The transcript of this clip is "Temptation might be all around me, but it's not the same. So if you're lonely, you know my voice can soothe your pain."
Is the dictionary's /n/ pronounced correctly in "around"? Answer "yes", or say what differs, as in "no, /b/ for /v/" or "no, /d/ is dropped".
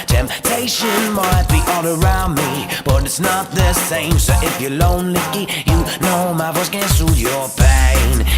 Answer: yes